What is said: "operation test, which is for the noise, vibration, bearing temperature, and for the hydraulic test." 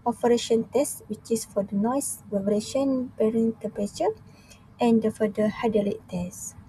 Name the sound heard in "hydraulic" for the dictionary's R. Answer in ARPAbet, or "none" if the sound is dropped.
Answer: none